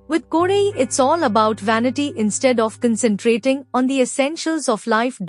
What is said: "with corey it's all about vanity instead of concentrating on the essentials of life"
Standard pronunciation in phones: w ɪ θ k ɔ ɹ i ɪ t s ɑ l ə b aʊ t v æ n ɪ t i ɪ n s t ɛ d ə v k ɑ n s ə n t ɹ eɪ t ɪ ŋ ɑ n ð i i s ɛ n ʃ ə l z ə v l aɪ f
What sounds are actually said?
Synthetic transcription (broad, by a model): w ɪ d k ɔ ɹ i ɪ t s ɑ l ə b aʊ t v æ n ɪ t i ɪ n s t ɛ d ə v k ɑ n s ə n t ɹ eɪ t ɪ ŋ ɑ n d i i s ɛ n ʃ ə l z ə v l aɪ f